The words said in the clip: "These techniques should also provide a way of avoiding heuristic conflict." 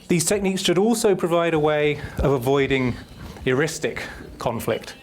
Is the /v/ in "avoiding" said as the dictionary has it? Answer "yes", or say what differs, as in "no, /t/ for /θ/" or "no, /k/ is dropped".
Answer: yes